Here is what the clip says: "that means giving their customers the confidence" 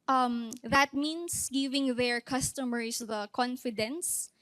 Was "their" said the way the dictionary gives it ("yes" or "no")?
yes